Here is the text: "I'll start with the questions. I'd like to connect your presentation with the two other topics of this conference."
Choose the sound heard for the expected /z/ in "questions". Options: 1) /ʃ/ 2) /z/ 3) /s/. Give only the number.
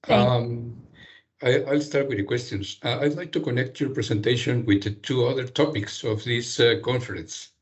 3